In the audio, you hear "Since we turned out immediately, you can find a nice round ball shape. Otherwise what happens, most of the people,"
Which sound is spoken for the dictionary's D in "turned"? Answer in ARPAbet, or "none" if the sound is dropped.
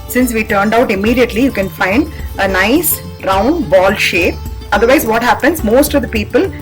D